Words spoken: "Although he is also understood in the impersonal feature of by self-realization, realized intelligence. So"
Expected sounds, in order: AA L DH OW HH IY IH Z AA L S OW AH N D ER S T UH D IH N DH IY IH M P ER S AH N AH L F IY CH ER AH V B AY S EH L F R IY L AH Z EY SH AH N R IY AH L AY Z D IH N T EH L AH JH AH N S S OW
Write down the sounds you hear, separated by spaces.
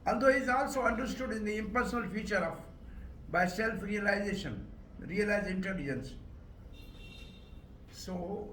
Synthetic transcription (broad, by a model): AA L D OW HH IY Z AA L S OW AH N D ER S T UH D IH N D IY IH M P ER S AH N AH L F IY CH ER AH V B AY S EH L F R IY L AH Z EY SH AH N R IY AH L AY Z D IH N T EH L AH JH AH N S S OW